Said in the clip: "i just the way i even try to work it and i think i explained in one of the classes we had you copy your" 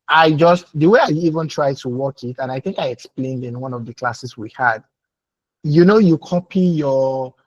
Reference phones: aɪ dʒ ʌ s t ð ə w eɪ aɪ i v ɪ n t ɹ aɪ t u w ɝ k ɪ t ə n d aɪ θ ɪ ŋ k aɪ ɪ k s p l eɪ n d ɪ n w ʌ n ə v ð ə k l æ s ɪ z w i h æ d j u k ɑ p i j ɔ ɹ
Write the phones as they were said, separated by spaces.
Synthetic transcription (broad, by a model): aɪ dʒ ʌ s t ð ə w eɪ aɪ i v ɪ n t ɹ aɪ t u w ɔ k ɪ t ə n aɪ θ ɪ ŋ k aɪ ɪ k s p l eɪ n d ɪ n w ʌ n ə v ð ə k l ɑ s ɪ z w i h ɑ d j u k ɑ p i j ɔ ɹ